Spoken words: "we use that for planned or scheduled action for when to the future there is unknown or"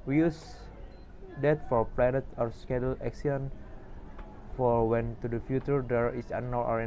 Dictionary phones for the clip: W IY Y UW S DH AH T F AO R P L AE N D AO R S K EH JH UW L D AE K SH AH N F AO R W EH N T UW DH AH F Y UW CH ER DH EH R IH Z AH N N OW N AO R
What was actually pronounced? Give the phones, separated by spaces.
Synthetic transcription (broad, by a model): W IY Y UW S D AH T F AO R P L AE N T AO R S K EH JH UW L EH K S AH N F AO R W EH N T UW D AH F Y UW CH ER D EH R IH S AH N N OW AO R